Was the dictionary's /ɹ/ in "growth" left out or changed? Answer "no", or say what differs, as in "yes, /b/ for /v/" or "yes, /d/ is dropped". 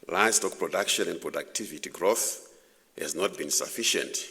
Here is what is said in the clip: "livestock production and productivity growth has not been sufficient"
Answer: no